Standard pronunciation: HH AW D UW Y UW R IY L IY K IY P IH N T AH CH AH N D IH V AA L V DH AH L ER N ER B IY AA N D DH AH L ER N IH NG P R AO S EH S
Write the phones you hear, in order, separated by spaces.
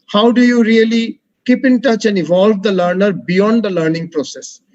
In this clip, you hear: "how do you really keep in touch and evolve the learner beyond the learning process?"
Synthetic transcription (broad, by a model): HH AW D UW Y UW R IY L IY K IY P IH N T AH CH AH N D IH V AA L V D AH L ER N ER B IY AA N D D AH L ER N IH NG P R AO S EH S